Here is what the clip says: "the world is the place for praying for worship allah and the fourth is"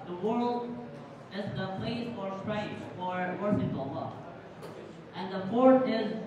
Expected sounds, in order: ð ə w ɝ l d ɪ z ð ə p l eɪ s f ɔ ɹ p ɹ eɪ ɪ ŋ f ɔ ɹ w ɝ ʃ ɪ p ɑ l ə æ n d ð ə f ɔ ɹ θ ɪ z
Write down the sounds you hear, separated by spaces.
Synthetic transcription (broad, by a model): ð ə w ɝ l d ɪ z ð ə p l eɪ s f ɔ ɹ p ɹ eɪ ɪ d f ɔ ɹ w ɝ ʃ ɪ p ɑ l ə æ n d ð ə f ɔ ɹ t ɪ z